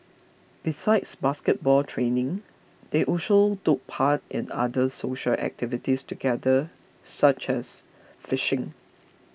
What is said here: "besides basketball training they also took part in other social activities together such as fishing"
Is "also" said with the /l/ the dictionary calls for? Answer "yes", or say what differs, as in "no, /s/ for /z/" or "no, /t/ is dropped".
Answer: no, /l/ is dropped